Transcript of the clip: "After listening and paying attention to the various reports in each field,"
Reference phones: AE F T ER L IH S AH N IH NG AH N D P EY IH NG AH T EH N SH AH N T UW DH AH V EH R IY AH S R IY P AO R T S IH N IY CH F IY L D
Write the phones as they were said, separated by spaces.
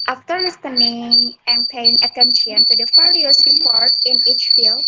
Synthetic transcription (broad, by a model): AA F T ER L IH S AH N IH NG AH N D P EY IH NG AH T EH N SH AH N T UW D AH F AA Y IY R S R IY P AO R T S IH N IY CH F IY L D